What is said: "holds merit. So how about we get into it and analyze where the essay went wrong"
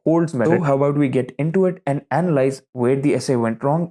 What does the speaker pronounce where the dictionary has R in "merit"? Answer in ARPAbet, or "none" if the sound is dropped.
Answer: none